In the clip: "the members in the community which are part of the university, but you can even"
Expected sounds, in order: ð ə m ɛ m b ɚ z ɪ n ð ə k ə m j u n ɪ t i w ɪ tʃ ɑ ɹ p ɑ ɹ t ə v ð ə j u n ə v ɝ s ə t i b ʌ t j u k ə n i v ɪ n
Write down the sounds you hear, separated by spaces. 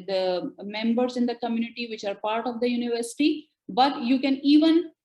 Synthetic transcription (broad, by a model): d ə m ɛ m b ɚ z ɪ n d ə k ə m j u n ɪ t i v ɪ tʃ ɑ ɹ p ɑ ɹ t ə v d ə j u n ə v ɝ s ə t i b ʌ t j u k ə n i v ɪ n